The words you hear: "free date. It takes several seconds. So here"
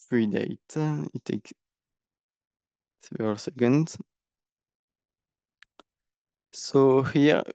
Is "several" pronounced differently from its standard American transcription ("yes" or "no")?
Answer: yes